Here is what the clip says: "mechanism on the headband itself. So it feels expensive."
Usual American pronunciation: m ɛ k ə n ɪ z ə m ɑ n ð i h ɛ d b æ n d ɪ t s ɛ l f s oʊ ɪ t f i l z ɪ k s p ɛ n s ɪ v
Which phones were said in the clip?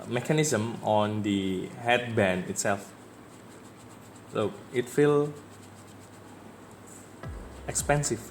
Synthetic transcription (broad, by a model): m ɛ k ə n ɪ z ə m ɑ n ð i h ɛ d b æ n ɪ t s ɛ l f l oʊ ɪ t f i l ɪ k s p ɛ n s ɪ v